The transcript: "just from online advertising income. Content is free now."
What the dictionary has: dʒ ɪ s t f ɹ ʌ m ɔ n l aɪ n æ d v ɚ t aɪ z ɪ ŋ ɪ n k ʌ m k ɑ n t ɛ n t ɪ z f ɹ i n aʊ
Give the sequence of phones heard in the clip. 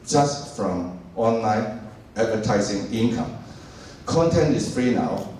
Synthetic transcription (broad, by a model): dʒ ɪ s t f ɹ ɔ m ɔ n l aɪ n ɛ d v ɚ t aɪ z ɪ ŋ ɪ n k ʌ m k ɑ n t ɛ n t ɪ s f ɹ i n aʊ